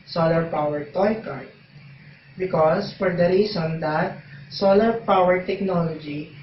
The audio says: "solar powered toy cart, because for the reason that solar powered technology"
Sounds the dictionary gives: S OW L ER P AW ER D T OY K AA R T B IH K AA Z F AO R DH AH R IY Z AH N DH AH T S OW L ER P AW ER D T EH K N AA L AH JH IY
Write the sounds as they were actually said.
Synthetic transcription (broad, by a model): S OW L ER P AW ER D T OY K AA R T B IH K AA S F AO R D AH R IY S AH N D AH T S OW L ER P AW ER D T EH K N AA L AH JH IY